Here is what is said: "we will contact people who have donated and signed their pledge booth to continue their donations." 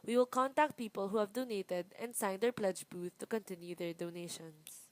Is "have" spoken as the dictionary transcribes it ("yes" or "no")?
yes